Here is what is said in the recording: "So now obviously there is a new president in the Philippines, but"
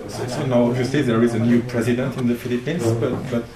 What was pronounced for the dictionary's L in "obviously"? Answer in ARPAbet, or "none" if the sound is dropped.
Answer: none